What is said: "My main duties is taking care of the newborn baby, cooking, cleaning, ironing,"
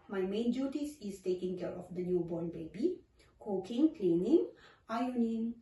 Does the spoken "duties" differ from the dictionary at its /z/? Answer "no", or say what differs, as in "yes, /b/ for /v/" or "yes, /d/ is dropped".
yes, /s/ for /z/